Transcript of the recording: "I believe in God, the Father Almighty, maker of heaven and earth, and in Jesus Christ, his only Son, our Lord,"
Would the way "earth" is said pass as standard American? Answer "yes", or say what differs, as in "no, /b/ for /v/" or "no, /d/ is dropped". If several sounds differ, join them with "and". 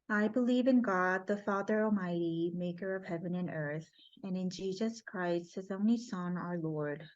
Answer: yes